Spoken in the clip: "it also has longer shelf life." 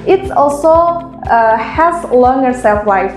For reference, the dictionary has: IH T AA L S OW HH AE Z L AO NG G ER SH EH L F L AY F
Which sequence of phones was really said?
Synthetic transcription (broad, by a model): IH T AA L S OW HH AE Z L AO NG G ER S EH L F L AY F